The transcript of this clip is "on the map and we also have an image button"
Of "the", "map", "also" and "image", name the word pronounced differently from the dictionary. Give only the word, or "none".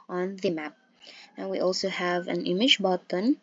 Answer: none